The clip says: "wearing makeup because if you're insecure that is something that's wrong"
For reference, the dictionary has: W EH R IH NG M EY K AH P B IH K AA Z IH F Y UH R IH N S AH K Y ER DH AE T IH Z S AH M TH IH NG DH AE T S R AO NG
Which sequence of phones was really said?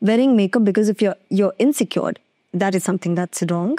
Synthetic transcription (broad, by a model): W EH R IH NG M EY K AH B B IH K AA Z IH F Y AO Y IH N S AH K Y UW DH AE T IH Z S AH M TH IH NG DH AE T S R AO NG